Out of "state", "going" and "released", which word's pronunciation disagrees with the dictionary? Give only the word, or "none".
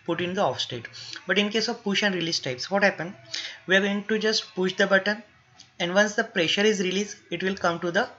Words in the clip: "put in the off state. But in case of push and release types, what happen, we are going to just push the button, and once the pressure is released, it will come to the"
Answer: released